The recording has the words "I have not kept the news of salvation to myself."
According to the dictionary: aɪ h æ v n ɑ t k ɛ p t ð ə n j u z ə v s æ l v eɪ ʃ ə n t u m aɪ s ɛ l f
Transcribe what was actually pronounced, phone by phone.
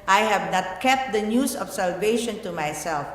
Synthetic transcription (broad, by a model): aɪ h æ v n ɑ t k ɛ p t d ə n j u s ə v s æ l v eɪ ʃ ə n t u m aɪ s ɛ l f